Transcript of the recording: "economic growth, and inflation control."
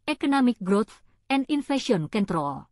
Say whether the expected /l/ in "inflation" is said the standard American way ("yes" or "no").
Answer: no